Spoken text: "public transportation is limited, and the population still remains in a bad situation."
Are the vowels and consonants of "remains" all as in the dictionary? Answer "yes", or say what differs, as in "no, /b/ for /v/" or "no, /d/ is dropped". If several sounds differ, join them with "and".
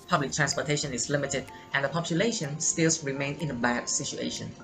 no, /z/ is dropped